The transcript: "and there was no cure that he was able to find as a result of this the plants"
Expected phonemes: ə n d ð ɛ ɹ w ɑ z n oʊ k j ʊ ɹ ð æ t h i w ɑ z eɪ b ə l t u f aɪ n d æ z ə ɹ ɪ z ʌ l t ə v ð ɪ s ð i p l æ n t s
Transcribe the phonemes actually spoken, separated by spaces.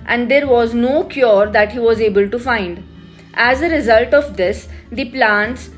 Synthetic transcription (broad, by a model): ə n d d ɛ ɹ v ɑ z n oʊ k j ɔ ɹ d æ t h i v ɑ z eɪ b ə l t u f aɪ n d æ z ə ɹ ɪ z ʌ l t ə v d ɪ s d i p l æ n t s